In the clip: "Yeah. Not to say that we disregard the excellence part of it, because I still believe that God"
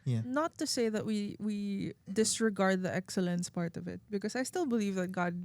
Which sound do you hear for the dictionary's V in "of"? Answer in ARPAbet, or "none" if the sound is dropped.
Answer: V